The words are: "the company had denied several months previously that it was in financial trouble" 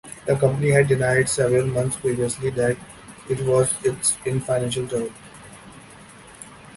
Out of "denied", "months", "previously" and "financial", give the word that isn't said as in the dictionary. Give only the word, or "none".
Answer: months